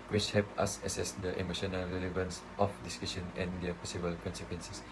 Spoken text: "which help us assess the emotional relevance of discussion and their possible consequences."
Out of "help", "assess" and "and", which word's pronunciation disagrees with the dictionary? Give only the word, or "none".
help